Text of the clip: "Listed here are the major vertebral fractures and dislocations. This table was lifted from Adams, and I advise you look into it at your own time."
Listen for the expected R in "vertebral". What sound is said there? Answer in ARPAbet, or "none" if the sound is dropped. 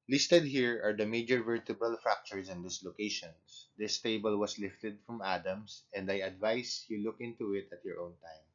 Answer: none